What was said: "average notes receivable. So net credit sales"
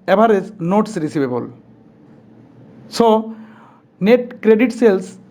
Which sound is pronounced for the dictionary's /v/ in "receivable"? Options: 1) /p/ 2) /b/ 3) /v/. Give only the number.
2